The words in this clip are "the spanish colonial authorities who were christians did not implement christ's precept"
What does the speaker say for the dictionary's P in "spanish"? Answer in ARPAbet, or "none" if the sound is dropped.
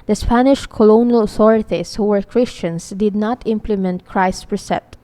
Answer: P